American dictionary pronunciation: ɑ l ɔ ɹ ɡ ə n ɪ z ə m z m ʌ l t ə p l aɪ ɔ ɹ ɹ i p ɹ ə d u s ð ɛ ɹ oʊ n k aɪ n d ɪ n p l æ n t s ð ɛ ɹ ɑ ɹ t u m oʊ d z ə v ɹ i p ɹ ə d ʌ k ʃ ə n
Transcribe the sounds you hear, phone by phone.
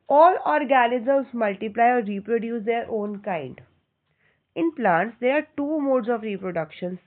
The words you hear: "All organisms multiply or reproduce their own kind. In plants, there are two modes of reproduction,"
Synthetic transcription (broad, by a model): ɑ l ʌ ɹ ɡ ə l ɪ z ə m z m ʌ l t ə p l aɪ ɔ ɹ ɹ i p ɹ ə d u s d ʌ ɹ oʊ n k aɪ n d ɪ n p l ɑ n t s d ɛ ɹ ɑ ɹ t u m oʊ d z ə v ɹ i p ɹ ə d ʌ k ʃ ə n